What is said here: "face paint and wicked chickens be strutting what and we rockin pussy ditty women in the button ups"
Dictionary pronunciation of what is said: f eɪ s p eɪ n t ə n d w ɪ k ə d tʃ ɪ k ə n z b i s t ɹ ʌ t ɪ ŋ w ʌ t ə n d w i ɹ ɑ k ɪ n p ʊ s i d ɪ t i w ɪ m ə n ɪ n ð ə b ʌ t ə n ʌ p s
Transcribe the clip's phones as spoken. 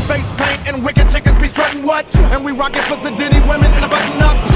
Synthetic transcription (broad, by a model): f eɪ s p eɪ n t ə n w ɪ k ə d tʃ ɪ k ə z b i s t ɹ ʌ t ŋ w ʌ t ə n w i ɹ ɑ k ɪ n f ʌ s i d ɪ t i w ɪ m ə n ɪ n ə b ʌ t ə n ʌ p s